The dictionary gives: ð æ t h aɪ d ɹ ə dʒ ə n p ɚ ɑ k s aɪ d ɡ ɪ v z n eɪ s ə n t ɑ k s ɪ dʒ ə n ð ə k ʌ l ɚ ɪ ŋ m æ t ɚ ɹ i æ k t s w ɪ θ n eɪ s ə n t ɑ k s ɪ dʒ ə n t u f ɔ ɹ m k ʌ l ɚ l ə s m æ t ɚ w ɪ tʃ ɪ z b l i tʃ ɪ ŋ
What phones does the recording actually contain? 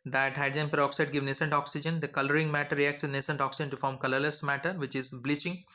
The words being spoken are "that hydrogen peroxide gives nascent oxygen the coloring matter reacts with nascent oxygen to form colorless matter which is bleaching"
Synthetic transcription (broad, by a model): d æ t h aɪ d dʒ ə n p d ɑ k s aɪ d ɡ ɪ v n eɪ s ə n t ɑ k s ɪ dʒ ə n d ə k ʌ l ɚ ɪ ŋ m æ t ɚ ɹ i æ k t s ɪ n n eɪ s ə n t ɑ k s ɪ dʒ ə n t u f ɔ ɹ m k ʌ l ɚ l ə s m æ t ɚ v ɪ tʃ ɪ z b l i tʃ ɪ ŋ